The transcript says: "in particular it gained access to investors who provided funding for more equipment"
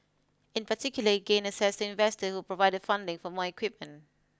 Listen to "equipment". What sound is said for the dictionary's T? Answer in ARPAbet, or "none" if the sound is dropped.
T